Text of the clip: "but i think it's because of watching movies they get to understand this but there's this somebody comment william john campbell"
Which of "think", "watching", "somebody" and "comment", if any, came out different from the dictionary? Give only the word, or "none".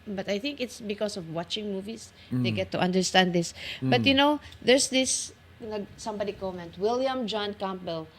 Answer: none